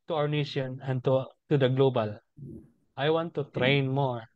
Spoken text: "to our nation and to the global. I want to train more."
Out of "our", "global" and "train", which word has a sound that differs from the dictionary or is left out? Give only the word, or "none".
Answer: our